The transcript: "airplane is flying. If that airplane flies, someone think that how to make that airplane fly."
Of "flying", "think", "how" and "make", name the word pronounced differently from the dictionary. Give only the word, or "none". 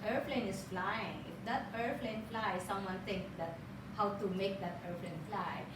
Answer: think